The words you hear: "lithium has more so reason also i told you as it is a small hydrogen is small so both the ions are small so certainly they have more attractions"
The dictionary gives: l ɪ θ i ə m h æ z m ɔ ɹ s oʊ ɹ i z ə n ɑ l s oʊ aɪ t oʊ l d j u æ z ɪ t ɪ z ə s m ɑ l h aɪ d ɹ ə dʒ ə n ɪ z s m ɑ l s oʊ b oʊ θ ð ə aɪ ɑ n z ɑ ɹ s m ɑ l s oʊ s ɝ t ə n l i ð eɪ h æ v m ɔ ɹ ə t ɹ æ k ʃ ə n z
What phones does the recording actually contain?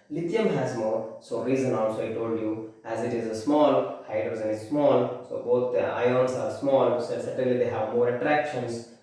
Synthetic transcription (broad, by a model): l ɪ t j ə m h æ z m ɔ ɹ s oʊ ɹ i z ə n ɑ l s oʊ aɪ t oʊ l d j u æ z ɪ t ɪ z ə s m ɑ l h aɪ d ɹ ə z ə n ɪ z s m ɑ l s oʊ b oʊ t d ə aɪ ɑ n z ɑ ɹ s m ɑ l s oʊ s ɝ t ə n l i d eɪ h æ v m ɔ ɹ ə t ɹ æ k ʃ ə n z